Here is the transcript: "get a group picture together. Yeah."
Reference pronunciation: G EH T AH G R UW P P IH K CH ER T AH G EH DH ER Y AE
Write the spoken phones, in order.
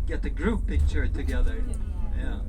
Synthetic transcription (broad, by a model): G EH T AH G R UW P B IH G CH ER T AH G EH DH ER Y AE